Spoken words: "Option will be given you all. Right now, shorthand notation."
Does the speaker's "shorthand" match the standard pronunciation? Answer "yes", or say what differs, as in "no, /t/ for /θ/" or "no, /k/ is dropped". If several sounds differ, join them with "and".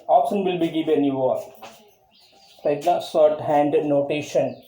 no, /s/ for /ʃ/